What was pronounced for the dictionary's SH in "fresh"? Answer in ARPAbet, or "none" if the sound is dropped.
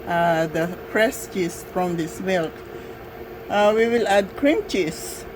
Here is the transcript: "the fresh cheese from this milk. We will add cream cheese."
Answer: S